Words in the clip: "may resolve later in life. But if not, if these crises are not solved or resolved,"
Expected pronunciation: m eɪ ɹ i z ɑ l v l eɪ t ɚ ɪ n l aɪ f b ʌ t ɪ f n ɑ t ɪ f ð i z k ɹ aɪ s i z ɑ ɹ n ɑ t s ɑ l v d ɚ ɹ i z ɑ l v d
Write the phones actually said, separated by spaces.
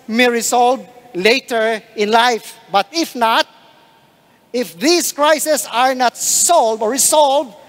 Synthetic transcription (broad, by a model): m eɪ ɹ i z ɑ l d l eɪ t ɚ ɪ n l aɪ f b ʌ t ɪ f n ɑ t ɪ f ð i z k ɹ aɪ s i s ɑ ɹ n ɑ t s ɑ l d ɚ ɹ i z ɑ l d